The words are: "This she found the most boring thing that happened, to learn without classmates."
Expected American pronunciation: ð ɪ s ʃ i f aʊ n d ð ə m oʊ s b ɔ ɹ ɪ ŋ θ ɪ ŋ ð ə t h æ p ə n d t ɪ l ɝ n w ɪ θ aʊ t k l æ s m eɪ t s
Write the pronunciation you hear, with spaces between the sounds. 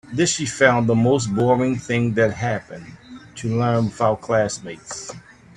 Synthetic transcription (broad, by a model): ð ɪ s ʃ i f aʊ n ð ə m oʊ s b ɔ ɹ ɪ ŋ θ ɪ ŋ ð ə t h æ p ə n t ɪ l ɝ n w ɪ f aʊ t k l æ s m eɪ t s